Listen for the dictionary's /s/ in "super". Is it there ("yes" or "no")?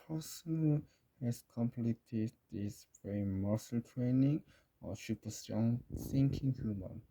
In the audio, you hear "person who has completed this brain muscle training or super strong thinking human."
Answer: no